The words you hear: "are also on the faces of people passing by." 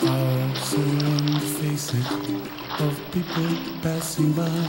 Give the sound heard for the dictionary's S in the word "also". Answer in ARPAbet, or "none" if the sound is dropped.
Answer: none